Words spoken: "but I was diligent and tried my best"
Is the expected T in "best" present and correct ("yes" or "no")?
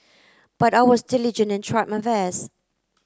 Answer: no